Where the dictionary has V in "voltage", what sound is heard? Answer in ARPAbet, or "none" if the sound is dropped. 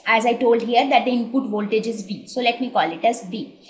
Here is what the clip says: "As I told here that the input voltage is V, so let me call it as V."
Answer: V